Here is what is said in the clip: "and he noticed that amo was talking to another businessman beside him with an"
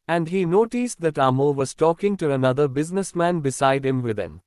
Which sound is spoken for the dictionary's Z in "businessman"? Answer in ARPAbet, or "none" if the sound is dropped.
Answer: Z